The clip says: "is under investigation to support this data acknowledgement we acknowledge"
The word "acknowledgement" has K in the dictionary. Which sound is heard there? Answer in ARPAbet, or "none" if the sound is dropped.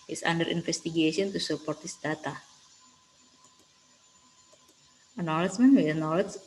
none